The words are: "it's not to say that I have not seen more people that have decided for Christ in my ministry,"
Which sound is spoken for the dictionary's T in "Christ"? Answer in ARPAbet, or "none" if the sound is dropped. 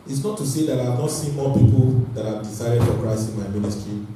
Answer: none